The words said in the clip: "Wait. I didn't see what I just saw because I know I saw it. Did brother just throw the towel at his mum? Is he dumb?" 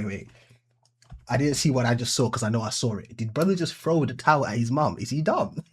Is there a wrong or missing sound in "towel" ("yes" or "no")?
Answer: yes